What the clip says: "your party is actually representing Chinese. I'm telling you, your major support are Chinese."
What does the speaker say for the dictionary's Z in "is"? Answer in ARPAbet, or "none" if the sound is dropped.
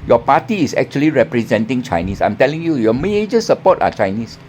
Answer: S